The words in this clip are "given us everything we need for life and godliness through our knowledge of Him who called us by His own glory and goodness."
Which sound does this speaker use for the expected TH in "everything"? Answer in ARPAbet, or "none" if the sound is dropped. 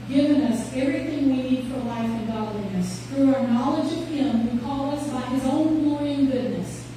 TH